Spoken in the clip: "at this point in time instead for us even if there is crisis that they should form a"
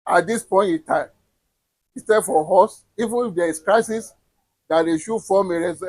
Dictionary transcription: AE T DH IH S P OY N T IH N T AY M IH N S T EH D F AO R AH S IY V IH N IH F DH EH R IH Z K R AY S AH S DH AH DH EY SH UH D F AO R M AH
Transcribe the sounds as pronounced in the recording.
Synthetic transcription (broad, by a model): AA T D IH S P OY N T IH T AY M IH S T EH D F AO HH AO S IY V IH N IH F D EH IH S K R AY S AH S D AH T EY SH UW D F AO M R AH